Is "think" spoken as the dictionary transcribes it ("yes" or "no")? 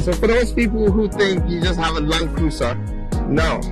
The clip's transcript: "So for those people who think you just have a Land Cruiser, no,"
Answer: no